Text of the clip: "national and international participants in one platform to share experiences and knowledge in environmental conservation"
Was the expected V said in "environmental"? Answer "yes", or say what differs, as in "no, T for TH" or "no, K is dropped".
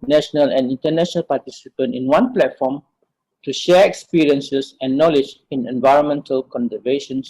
yes